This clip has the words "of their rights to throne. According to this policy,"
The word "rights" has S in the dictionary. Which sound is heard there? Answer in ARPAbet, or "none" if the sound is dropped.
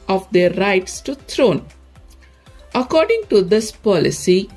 S